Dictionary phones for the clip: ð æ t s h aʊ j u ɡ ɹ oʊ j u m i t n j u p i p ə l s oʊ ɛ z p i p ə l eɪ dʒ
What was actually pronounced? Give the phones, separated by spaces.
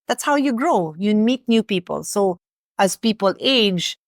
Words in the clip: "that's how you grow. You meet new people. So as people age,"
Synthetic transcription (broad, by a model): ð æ t s h aʊ j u ɡ ɹ oʊ j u m i t n j u p i p ə l s oʊ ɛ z p i p ə l eɪ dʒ